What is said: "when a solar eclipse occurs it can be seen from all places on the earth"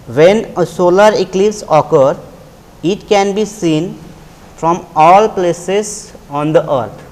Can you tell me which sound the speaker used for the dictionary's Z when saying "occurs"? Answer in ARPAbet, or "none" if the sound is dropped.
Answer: none